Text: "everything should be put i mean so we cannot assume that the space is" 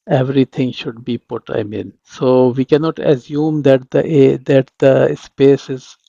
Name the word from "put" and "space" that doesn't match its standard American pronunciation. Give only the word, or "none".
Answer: none